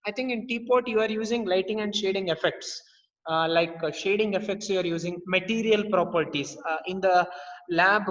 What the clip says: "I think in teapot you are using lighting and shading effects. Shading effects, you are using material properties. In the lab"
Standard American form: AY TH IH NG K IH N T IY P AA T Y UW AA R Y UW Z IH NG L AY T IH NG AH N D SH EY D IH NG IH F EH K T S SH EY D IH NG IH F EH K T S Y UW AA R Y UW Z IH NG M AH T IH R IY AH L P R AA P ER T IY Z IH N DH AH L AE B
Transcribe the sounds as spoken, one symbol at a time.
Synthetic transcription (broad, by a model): AY T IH NG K IH N T IY P AA T Y UW AA R Y UW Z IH NG L AY T IH NG AH N D SH EY D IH NG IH F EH K T S SH EY D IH NG IH F EH K T S Y UW AA R Y UW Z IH NG M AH T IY R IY AH L P R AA P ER T IY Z IH N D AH L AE B